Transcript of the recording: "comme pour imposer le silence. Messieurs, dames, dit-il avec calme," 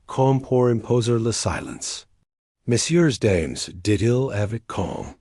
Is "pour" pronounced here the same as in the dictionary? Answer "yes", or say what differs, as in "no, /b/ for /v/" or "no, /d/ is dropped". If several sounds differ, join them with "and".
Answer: yes